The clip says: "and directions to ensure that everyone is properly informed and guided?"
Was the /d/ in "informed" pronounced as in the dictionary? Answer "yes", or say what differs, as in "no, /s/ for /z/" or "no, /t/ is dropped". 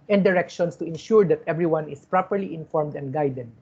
yes